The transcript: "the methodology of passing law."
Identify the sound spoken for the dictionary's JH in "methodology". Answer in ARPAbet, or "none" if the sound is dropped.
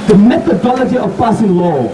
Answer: JH